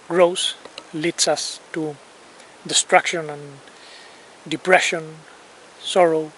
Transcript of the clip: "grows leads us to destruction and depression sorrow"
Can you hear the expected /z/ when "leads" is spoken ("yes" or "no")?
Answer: no